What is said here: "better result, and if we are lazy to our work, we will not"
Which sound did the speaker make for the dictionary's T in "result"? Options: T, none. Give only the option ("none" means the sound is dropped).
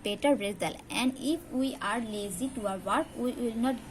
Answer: none